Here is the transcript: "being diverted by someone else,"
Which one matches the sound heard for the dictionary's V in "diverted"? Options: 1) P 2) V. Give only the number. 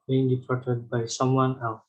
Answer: 1